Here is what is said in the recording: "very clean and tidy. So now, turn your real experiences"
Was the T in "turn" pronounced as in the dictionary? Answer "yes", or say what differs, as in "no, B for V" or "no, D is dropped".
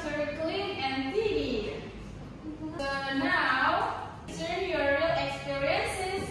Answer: no, S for T